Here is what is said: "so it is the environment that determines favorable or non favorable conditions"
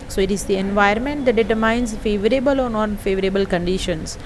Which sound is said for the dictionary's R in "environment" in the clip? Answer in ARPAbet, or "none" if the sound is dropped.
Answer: none